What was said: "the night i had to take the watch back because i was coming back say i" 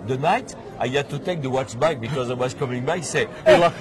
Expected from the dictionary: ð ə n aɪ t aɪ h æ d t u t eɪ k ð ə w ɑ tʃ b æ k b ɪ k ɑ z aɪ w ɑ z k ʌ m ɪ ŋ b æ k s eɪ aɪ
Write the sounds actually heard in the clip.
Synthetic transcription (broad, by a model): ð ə n aɪ t aɪ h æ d t u t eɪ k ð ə w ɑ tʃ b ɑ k b ɪ k ɑ z aɪ w ɑ z k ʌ m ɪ ŋ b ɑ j s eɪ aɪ